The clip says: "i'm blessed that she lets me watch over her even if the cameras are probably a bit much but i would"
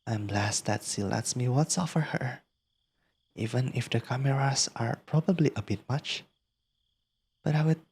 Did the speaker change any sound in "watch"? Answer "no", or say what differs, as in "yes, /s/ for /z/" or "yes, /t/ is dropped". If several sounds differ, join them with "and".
yes, /s/ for /tʃ/